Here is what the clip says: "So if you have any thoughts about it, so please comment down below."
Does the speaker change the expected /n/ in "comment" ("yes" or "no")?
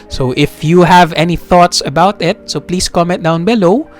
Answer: yes